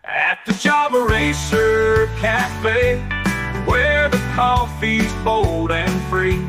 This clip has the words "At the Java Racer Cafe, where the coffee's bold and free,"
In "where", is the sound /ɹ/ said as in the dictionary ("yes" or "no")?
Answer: no